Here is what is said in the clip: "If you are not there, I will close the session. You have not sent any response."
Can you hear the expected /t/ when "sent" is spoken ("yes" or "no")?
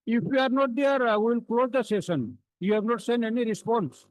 no